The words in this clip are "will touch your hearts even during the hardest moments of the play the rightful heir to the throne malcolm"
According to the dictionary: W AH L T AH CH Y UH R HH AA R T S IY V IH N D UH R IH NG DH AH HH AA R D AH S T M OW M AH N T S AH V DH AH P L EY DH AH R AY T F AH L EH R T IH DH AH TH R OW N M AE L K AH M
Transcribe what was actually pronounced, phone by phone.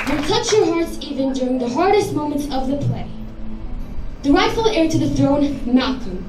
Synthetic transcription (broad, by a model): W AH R T AH CH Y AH R HH AA R T S IY V IH N D UH R IH NG DH AH HH AA R D AH S T M OW M AH N T S AH V DH AH P L EY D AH R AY T F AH L EH R T IH DH AH TH R OW N M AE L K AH